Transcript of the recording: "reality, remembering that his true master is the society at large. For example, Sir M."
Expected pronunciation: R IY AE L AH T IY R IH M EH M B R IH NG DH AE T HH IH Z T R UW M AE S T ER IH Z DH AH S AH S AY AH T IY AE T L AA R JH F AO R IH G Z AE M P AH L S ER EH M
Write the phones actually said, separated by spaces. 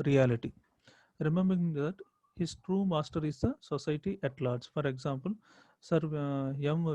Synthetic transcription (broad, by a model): R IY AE L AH T IY R IH M EH M B R IH NG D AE T HH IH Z T R UW M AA S T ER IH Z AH S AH S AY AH T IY T L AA R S F AO R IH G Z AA M P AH L S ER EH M